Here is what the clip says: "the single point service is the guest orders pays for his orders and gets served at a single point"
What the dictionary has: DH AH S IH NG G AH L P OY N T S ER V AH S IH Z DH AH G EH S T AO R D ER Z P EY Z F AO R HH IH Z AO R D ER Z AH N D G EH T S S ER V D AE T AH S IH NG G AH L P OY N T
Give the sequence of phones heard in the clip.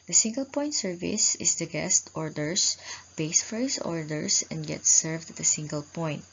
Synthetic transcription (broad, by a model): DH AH S IH NG G AH L P OY N T S ER V AH S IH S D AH G EH S T AO R D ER S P EY S F AO R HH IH S AO R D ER S AH N D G EH T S S ER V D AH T AH S IH NG G AH L P OY N T